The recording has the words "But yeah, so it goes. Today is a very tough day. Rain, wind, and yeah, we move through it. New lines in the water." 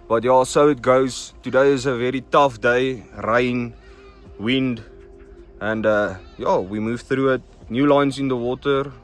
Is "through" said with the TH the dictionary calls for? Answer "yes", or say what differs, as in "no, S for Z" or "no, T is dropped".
yes